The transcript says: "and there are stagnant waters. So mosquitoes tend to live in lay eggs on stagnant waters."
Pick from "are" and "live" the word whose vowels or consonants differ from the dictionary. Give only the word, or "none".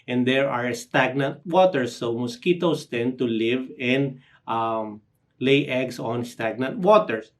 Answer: none